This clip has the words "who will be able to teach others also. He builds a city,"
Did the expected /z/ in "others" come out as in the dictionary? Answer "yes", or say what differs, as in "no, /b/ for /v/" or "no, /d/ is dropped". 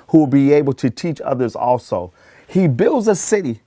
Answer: yes